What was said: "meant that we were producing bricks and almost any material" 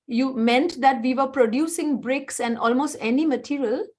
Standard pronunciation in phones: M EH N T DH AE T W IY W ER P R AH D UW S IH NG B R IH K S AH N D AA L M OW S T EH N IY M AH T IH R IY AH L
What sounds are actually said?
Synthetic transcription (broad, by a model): M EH N T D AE T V IY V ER P R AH D UW S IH NG B R IH K S AH N D AA L M OW S T EH N IY M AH T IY R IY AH L